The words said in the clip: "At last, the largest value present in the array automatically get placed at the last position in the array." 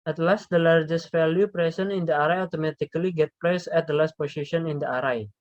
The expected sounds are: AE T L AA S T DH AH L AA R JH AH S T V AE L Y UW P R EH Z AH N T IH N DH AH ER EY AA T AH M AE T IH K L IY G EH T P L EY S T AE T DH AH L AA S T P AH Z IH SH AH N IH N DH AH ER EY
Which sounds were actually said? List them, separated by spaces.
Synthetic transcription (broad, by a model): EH T L AA S T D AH L AA R JH AH S T F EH L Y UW P R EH S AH N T IH N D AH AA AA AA T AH M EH T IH K L IY G EH T P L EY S EH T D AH L AA S T P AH S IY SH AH N IH N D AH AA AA